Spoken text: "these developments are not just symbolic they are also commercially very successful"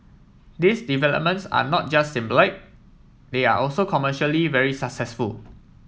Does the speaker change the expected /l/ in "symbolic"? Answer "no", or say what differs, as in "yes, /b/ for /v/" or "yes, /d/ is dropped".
yes, /l/ is dropped